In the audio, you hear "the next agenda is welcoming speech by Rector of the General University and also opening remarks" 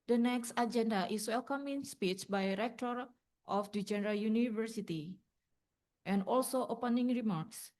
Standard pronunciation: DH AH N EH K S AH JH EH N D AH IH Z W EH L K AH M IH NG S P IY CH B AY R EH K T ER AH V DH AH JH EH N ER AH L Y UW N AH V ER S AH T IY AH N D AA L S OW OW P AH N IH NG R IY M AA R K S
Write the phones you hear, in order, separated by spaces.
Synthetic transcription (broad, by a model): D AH N EH K S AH JH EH N D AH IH S W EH L K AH M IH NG S P IY CH B AY R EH K T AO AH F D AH JH EH N ER AH L Y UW N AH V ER S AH T IY AH N D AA L S OW OW P AH N IH NG R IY M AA R K S